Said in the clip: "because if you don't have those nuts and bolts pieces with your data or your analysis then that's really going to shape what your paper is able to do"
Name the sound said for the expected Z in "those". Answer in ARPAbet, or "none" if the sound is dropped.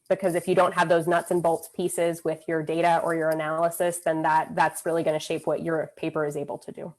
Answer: Z